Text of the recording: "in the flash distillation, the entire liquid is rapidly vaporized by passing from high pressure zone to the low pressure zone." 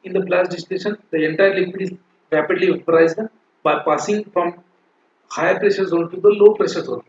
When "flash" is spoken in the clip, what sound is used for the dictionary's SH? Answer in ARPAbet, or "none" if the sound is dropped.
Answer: S